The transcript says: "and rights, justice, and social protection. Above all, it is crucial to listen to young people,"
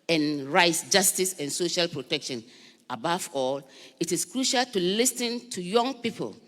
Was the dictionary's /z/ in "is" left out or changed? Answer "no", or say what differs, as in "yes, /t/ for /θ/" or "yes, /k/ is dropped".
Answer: yes, /s/ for /z/